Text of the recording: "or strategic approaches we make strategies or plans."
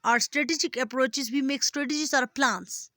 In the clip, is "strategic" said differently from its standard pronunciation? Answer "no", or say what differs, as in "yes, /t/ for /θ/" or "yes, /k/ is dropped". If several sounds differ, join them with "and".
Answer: no